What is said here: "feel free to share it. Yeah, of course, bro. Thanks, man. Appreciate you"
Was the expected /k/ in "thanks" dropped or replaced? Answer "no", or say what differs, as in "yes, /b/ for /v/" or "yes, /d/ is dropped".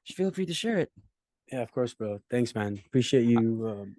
no